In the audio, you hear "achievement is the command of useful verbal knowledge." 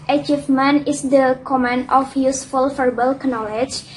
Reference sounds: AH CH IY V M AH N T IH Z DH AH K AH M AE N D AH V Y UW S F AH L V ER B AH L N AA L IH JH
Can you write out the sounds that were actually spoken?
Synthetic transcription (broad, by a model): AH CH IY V M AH N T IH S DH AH K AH M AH N AH F Y UW S F AH L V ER B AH L N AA L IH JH